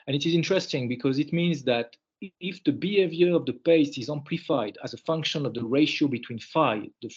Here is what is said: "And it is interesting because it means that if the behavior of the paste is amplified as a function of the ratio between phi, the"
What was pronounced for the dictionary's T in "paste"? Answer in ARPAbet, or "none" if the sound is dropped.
none